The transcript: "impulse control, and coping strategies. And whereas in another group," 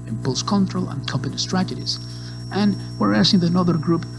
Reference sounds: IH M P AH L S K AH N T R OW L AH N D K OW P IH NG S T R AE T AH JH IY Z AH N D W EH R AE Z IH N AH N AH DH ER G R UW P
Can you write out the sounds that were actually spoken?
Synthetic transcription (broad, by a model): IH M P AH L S K AH N T R OW L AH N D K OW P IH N S T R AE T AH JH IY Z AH N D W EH R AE S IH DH AH N AH DH ER G R UW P